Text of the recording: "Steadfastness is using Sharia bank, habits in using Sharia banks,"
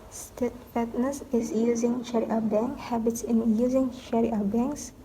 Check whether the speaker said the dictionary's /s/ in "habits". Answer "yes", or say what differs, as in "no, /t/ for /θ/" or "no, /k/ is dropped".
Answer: yes